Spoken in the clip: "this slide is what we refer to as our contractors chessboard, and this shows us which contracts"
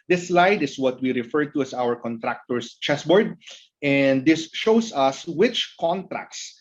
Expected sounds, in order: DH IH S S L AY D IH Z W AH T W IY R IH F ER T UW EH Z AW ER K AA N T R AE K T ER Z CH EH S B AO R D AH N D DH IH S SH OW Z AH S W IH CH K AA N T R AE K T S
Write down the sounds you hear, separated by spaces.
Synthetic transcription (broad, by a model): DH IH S S L AY D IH S W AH T W IY R IH F ER T UW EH S AW ER K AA N T R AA K T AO S CH EH S B AO R D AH N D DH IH S SH OW S AH S W IH CH K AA N T R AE K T S